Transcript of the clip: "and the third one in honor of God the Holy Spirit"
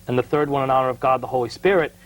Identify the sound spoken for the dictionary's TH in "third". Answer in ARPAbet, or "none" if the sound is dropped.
TH